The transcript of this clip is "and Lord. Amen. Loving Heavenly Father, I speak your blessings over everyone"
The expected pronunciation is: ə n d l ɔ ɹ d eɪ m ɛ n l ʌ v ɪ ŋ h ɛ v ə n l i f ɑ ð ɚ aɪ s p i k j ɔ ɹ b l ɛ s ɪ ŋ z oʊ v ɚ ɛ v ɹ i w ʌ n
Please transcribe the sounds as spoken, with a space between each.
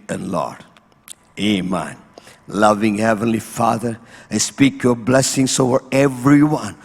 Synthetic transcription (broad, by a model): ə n l ɔ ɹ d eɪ m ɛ n l ʌ v ɪ ŋ h ɛ v ə n l i f ɑ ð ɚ aɪ s p i k j ɔ ɹ b l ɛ s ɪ ŋ s oʊ v ɚ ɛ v ɹ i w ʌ n